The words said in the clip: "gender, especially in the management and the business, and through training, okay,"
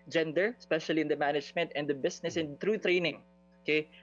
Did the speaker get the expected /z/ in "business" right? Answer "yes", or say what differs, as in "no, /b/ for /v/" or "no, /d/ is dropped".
no, /s/ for /z/